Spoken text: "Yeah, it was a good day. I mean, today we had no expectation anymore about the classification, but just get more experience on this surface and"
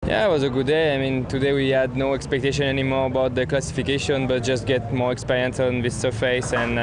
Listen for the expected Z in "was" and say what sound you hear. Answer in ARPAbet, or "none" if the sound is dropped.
Z